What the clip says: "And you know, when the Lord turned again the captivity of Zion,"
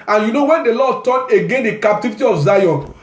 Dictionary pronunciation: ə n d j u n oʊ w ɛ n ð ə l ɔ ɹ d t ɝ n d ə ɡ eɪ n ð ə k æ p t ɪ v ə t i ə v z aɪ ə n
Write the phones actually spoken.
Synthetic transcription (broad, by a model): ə n j u n oʊ w ɛ n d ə l ɔ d t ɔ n ə ɡ eɪ n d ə k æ p t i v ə t i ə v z aɪ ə n